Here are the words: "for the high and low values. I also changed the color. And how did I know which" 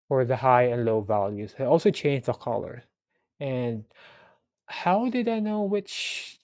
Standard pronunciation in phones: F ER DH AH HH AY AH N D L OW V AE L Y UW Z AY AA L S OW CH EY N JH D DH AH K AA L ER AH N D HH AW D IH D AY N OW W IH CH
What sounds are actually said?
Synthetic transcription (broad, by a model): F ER DH AH HH AY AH N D L OW V AE L Y UW Z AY AA L S OW CH EY N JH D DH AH K AA L ER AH N HH AW D IH D AY N OW W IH CH